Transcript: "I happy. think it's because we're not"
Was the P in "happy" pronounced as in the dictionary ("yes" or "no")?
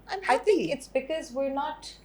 no